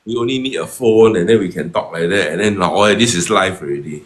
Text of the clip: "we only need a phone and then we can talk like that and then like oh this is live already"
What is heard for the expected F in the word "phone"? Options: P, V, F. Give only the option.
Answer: F